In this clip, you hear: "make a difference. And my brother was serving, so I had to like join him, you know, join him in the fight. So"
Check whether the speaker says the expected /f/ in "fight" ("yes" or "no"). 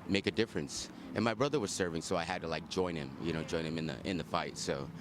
yes